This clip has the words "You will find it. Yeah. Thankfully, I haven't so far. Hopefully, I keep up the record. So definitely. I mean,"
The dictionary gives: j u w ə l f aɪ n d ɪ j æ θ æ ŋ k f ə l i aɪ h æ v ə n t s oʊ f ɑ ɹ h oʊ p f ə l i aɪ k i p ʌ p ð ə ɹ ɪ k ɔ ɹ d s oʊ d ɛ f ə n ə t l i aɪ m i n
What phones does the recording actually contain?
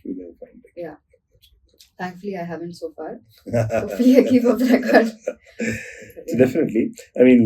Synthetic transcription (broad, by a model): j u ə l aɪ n ɪ j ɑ t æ ŋ k f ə l i aɪ h æ v ə n t s oʊ f ɑ ɹ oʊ f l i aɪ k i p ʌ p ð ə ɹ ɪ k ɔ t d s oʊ d ɛ f ə n ə t l i aɪ m i n